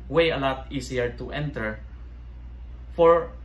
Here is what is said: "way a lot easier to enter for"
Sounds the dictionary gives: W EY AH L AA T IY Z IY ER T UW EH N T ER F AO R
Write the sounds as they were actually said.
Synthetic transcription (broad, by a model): W EY AH L AA T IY S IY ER T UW EH N T ER F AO R